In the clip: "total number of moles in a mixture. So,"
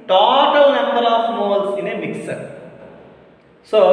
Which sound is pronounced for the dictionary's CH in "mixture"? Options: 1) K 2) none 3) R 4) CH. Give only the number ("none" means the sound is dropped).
2